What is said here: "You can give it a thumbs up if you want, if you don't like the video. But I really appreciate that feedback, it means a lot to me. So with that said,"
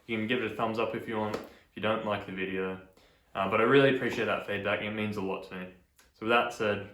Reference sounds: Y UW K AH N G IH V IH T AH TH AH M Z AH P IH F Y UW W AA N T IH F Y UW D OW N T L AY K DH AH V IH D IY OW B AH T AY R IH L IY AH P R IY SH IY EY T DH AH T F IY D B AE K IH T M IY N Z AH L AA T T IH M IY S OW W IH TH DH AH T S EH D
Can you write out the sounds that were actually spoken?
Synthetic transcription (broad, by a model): Y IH K AH N G IH V IH T AH TH AH M Z AH P IH F Y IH W AA N T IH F Y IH D OW N T L AY K DH AH V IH D IY OW B AH T AY R IH L IY AH P R IY SH IY EY T DH AH T F IY D B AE K IH T M IY N Z AH L AA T T IH M IY S OW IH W DH AH T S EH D